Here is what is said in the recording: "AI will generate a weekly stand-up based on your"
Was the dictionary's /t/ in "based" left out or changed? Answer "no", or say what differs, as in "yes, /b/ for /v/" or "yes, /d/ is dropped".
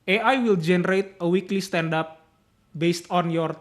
no